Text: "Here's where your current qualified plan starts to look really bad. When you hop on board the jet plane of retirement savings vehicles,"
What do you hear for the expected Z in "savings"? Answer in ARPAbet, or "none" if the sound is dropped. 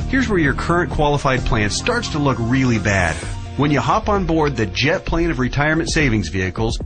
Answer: Z